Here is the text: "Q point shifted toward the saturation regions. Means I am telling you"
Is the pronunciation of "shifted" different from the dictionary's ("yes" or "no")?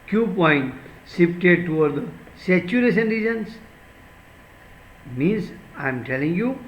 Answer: yes